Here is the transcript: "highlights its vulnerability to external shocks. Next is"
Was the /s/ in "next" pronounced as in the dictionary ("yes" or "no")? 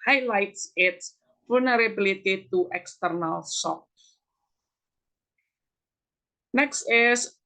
yes